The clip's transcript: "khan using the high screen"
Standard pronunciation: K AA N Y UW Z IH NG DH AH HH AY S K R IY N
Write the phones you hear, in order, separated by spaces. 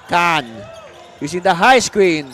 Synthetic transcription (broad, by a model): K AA N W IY S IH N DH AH HH AY S K R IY N